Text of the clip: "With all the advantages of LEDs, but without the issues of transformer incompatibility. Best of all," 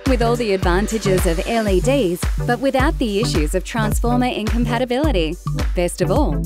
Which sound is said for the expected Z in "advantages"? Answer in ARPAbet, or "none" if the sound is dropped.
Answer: Z